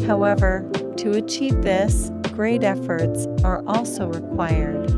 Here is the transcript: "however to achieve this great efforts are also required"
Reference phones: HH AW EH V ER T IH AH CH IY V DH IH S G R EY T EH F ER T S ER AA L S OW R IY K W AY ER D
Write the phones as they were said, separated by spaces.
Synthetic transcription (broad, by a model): HH AW EH V ER T IH AH CH IY V DH IH S G R EY T EH F ER T S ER AA L S OW R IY K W AY ER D